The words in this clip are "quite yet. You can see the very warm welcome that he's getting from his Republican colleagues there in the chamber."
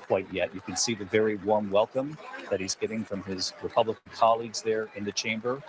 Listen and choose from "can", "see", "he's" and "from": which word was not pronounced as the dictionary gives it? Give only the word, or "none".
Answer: none